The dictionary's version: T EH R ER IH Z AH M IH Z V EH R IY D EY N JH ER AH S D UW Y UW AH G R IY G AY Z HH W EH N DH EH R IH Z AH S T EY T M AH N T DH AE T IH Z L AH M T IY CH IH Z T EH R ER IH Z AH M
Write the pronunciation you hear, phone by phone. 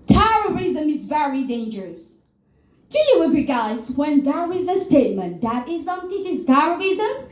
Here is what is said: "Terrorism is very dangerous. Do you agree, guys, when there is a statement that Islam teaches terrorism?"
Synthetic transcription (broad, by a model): T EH R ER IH Z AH M IH Z V EH R IY D EY N JH ER AH S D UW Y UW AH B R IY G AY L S W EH N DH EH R IH Z AH S T EY T M AH N T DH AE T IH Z AH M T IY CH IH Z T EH R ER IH Z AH M